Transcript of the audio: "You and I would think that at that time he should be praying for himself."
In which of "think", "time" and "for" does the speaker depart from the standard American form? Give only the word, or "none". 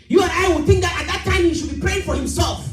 none